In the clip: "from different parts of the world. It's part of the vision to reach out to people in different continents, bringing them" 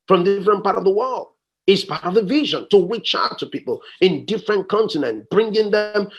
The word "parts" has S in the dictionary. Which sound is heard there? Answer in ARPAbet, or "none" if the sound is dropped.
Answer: none